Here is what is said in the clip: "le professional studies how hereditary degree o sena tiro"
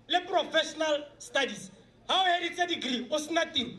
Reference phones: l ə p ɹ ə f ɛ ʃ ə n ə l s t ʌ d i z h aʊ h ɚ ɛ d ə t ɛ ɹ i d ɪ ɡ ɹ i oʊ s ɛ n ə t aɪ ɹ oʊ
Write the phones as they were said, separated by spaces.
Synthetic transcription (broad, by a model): l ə p ɹ ə f ɛ ʃ ə n ə l s t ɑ d i s h aʊ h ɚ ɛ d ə s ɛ d ɪ ɡ ɹ i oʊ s n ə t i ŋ